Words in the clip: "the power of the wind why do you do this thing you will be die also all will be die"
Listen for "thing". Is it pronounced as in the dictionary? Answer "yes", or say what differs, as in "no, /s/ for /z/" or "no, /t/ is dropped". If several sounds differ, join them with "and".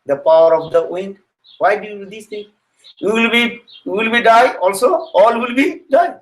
no, /t/ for /θ/